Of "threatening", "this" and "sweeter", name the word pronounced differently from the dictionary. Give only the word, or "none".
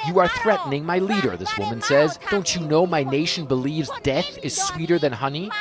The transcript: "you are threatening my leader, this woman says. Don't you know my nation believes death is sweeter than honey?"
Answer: none